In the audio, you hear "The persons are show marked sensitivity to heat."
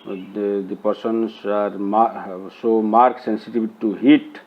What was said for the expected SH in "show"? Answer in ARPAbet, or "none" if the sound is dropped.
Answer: S